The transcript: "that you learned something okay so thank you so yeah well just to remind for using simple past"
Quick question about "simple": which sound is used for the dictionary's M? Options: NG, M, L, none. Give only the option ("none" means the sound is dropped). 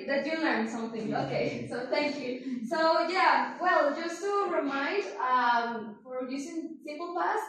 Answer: none